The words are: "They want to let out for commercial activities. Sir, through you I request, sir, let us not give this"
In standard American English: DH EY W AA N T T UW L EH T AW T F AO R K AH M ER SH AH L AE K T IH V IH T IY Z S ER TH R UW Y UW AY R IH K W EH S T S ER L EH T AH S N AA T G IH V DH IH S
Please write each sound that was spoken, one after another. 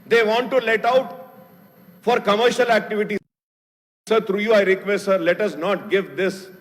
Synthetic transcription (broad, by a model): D EY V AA N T T UW L EH T AW T F AO R K AH M ER SH AH L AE K T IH V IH T IY S ER T R UW Y UW AY R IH K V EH S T S ER L EH T AH S N AA T G IH V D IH S